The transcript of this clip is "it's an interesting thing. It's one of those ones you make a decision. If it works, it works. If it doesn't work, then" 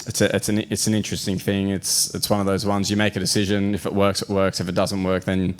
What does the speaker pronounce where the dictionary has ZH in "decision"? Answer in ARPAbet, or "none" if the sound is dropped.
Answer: ZH